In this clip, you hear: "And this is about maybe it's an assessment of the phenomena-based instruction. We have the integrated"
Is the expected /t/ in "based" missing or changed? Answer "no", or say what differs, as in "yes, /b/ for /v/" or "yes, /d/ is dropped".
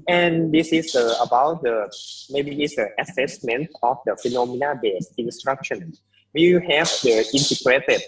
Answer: yes, /t/ is dropped